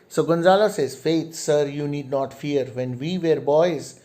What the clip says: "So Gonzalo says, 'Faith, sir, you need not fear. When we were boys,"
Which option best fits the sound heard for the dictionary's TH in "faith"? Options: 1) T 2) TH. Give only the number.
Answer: 1